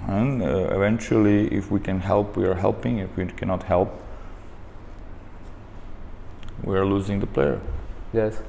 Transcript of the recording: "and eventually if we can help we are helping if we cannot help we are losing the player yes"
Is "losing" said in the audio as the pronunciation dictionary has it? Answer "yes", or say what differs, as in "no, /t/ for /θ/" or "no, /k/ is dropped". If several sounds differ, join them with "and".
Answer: yes